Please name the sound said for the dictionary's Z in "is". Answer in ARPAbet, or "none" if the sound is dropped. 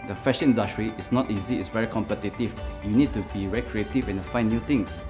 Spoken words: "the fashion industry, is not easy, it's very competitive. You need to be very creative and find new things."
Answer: S